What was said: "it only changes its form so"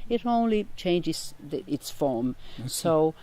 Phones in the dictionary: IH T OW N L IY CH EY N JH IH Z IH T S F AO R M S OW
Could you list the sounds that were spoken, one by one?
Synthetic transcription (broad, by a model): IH T OW N L IY CH EY N JH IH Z IH T S F AO R M S OW